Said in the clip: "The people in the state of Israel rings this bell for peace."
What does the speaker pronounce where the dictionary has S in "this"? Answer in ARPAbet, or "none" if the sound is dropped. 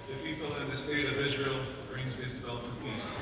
none